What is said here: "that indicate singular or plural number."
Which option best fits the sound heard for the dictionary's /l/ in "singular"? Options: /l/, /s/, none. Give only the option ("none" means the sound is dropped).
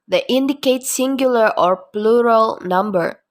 /l/